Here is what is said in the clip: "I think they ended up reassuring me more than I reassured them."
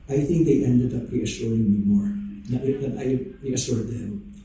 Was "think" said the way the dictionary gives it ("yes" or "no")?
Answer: yes